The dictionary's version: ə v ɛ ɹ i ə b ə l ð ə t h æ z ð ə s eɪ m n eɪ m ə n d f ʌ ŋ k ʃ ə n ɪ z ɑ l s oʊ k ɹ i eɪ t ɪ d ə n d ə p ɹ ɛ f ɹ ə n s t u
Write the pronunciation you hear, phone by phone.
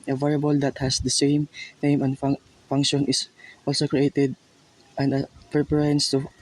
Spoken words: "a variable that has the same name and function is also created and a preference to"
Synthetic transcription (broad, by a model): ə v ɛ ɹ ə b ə l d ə t h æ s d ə s eɪ m n eɪ m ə n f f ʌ ŋ k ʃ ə n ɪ s ɑ l s oʊ k ɹ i eɪ t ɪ d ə n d ə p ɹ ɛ ɹ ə n s t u